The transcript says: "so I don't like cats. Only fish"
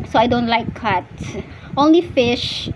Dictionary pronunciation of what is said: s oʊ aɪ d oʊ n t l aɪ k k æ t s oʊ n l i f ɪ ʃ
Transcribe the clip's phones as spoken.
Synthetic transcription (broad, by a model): s oʊ aɪ d oʊ n t l aɪ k k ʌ t oʊ n l i f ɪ ʃ